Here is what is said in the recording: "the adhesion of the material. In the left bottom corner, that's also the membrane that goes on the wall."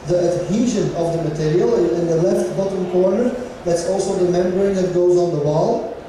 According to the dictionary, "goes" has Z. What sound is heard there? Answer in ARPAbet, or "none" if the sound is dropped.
Z